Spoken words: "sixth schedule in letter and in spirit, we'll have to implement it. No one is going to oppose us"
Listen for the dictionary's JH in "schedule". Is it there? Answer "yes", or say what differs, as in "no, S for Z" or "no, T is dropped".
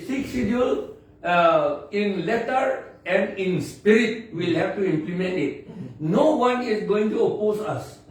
no, JH is dropped